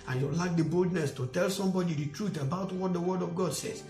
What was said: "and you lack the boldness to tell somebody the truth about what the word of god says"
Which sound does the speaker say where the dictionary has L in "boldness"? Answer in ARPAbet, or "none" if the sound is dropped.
L